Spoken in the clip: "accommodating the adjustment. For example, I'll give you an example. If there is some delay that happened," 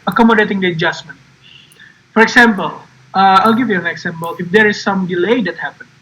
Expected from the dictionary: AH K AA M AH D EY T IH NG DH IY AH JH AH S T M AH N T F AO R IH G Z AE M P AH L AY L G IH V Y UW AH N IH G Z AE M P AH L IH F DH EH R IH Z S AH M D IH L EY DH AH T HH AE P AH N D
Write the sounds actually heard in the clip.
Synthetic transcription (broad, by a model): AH K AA M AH D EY T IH NG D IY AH JH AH S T M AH N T F AO R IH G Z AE M P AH L AY L G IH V Y UW AH N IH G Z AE M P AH L IH F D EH R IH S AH M D IH L EY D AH T HH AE P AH N